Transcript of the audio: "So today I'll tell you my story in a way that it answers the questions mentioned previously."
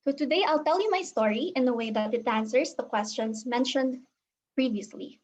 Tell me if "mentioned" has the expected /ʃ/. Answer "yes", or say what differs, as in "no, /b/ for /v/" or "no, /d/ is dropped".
yes